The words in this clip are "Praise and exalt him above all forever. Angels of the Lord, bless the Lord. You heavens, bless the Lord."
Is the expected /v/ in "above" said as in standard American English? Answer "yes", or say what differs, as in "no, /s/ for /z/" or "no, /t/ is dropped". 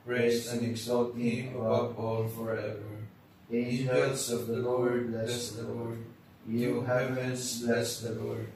no, /b/ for /v/